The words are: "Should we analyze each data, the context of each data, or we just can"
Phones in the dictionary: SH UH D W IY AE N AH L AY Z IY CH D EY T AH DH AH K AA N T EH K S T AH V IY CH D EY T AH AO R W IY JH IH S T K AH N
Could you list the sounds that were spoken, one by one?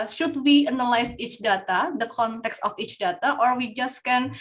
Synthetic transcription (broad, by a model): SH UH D W IY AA N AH L AY S IY CH D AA T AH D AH K AA N T EH K S T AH F IY CH D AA T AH AO R W IY JH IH S K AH N